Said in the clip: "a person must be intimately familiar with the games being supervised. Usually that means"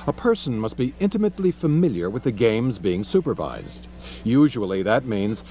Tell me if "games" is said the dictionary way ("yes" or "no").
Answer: yes